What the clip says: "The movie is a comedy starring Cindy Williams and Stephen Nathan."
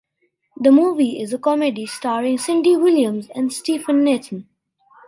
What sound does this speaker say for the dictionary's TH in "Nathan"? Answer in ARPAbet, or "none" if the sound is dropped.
T